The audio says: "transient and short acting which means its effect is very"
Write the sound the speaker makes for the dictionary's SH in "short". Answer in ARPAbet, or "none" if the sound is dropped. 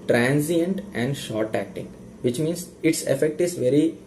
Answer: SH